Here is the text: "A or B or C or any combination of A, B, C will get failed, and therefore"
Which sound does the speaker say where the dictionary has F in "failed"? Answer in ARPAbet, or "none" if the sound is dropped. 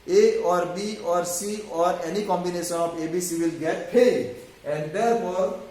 P